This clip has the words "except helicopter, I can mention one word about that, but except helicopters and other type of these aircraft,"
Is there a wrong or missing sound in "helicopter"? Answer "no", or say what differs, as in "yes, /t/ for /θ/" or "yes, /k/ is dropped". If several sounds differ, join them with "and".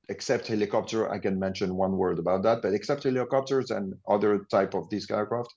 no